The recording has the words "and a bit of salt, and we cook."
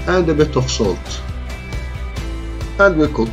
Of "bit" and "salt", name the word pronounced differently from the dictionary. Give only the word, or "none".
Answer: none